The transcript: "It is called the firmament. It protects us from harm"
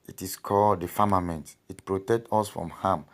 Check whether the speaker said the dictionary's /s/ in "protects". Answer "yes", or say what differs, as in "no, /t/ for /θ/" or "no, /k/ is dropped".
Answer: no, /s/ is dropped